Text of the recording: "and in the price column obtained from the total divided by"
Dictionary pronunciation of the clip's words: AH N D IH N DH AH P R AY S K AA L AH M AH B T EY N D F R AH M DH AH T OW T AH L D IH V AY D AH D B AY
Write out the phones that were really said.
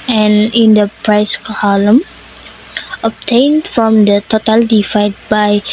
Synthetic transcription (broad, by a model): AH N IH N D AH P R AY S K AA L AH M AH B T EY N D F R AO M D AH T OW T AH L D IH F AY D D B AY